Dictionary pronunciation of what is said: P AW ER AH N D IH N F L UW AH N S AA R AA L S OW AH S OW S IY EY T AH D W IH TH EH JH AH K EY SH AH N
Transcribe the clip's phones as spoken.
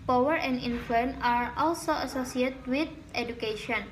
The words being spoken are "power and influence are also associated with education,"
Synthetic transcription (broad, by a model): P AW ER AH N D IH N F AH N AA R AA L S OW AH S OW S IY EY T W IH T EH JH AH K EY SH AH N